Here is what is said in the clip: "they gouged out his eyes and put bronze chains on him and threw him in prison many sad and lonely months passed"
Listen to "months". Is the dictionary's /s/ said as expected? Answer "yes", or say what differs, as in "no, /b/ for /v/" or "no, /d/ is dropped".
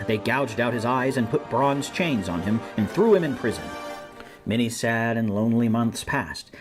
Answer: yes